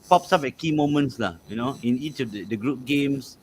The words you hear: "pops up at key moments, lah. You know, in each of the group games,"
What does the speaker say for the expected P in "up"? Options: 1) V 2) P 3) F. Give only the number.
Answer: 3